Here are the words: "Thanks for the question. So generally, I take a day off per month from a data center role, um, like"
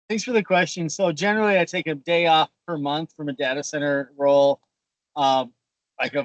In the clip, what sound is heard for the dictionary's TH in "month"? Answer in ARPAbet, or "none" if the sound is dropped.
TH